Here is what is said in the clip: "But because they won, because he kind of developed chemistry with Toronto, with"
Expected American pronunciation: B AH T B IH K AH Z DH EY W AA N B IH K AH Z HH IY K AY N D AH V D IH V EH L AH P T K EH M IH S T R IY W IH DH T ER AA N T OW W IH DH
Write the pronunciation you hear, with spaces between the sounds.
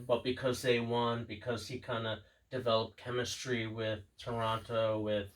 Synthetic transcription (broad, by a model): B AH T B IH K AH Z DH EY W AA N B IH K AH Z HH IY K AY N D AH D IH V EH L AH P K EH M IH S T R IY W IH DH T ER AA T OW W IH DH